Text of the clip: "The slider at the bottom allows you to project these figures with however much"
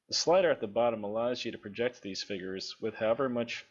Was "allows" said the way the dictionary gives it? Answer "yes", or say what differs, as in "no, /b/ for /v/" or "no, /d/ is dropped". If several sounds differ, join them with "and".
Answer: yes